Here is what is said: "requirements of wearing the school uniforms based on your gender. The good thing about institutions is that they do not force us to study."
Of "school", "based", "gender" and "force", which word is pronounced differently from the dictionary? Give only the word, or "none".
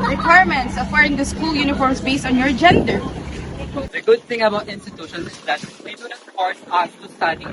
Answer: force